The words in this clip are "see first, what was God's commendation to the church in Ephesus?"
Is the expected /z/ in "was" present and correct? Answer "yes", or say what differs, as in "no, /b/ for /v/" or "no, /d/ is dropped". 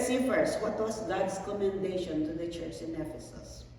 no, /s/ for /z/